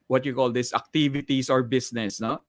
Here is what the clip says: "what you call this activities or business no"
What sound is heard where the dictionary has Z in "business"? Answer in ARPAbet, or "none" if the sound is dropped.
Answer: S